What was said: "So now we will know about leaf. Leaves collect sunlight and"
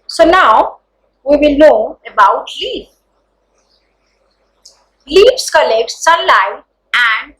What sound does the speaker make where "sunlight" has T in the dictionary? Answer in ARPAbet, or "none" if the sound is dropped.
none